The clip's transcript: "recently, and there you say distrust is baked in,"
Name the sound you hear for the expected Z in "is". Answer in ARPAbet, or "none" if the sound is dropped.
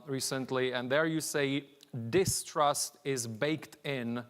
Z